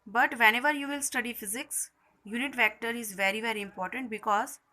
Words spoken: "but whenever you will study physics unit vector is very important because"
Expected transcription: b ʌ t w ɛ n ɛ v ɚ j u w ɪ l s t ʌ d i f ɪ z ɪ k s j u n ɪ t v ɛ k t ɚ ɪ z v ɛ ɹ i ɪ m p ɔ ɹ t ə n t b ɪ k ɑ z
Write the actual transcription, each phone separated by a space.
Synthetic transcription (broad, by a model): b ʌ t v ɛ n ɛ v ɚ j u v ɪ l s t ʌ d i f ɪ z ɪ k s j u n ɪ t v ɛ k t ɚ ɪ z v ɛ ɹ i ɪ m p ɔ ɹ t ə n t b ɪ k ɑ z